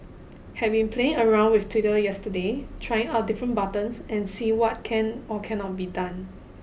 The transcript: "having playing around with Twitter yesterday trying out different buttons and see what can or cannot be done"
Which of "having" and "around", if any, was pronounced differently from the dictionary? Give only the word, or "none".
having